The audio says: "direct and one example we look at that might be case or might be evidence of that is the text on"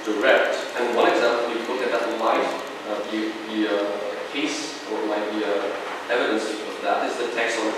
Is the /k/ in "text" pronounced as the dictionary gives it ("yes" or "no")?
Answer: yes